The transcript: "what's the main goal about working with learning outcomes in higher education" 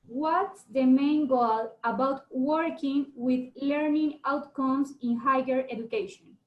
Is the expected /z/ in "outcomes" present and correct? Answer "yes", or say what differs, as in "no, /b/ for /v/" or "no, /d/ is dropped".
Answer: no, /s/ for /z/